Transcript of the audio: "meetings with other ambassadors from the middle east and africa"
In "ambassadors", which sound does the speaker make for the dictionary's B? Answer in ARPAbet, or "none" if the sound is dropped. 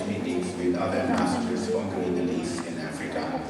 none